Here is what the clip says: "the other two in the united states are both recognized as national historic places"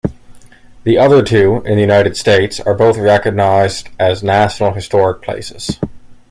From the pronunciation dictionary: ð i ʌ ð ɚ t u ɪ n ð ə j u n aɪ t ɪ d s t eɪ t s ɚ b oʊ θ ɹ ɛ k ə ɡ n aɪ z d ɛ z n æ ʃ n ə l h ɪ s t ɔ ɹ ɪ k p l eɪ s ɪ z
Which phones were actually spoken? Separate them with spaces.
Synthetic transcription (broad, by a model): ð i ʌ ð ɚ t u ɪ n ð ə j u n aɪ t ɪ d s t eɪ t s ɚ b oʊ θ ɹ ɛ k ə ɡ n aɪ z d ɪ z n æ ʃ n l h ɪ s t ɔ ɹ ɪ k p l eɪ s ɪ z